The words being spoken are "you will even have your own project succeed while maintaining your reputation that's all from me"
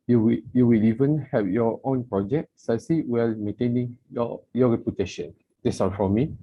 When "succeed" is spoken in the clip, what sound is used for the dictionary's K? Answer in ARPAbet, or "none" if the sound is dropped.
none